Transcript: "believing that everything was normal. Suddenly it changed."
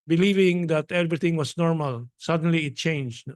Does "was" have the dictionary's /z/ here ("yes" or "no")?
no